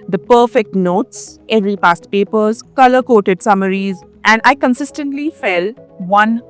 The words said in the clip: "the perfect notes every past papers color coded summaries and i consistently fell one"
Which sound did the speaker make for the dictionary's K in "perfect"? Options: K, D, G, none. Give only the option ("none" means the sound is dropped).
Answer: K